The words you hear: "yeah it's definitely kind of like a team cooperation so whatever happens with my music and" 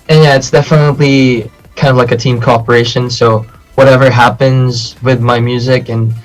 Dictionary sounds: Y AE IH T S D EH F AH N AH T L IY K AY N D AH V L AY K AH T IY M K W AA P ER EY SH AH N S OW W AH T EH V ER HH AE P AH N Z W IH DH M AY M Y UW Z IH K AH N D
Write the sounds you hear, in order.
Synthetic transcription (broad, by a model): Y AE IH T S D EH F AH N AH T L IY K AY N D AH V L AY K AH T IY M K AA P ER EY SH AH N S OW W AH T EH V ER HH AE P AH N Z W IH DH M AY M Y UW Z IH K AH N